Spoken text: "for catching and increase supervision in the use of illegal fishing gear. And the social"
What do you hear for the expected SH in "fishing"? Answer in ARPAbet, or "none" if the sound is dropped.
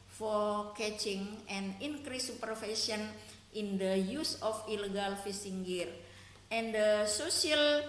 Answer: S